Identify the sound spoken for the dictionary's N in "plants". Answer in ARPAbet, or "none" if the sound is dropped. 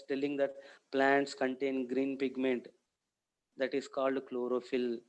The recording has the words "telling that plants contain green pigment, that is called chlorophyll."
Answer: N